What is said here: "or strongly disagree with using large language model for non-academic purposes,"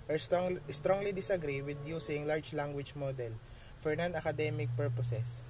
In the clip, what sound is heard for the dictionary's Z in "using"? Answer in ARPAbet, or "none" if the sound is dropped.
S